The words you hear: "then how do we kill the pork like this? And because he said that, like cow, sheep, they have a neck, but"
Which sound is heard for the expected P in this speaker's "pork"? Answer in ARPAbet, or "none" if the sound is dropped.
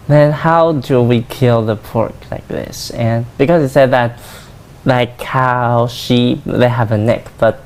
P